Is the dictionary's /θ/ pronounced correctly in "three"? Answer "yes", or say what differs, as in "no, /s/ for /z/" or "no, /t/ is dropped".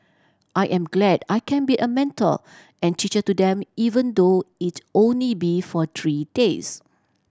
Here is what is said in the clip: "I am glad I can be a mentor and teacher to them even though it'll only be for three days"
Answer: no, /t/ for /θ/